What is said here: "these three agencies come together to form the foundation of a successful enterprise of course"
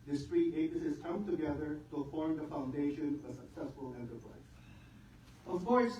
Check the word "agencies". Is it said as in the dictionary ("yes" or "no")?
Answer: no